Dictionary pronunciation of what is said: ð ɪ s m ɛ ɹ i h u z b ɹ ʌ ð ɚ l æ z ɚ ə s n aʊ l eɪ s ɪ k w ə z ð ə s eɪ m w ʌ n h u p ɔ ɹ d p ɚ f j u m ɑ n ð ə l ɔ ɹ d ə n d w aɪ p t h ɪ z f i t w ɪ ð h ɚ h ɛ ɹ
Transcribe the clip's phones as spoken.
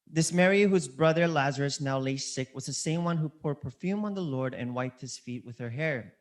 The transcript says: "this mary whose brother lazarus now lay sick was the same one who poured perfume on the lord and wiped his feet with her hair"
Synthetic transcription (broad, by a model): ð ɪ s m ɛ ɹ i h u z b ɹ ʌ ð ɚ l æ z ɚ ə s n aʊ l eɪ s ɪ k w ə z ð ə s eɪ m w ʌ n h u p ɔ ɹ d p ɚ f j u m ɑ n ð ə l ɔ ɹ d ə n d w aɪ p t h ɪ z f i t w ɪ ð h ɚ h ɛ ɹ